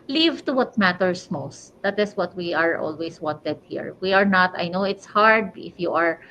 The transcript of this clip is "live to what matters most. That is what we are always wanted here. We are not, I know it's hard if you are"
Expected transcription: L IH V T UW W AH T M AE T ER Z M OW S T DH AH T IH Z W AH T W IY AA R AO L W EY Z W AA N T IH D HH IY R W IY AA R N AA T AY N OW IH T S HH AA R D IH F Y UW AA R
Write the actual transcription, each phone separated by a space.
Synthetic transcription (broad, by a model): L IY V T UW W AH T M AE T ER S M OW S T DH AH T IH S W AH T W IY AA R AO L W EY S W AA N T IH D HH IY R W IY AA R N AA T AY N OW IH T S HH AA R D IH F Y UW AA R